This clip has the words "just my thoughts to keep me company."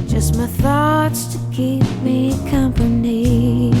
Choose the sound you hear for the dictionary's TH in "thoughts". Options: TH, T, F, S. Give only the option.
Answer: TH